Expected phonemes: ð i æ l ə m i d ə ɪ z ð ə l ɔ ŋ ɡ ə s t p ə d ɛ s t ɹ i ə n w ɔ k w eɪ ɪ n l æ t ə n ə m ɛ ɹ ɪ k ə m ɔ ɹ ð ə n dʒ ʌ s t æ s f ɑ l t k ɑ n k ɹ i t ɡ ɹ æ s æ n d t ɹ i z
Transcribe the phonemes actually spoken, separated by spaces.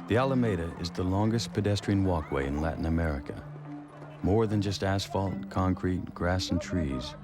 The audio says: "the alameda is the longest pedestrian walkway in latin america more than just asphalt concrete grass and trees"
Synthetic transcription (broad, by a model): ð i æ l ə m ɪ d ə ɪ z ð ə l ɔ ŋ ɡ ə s p ə d ɛ s t ɹ i ə n w ɔ k w eɪ ɪ n l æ t n ə m ɛ ɹ ɪ k ə m ɔ ɹ ð ə n dʒ ʌ s t æ s f ɑ l t k ɑ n k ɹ i t ɡ ɹ æ s n t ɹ i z